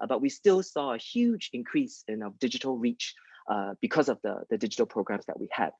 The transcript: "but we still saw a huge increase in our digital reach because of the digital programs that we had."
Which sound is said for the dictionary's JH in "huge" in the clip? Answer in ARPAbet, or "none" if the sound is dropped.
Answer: JH